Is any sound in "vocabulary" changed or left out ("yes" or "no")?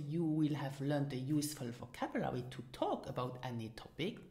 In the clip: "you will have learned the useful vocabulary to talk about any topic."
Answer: yes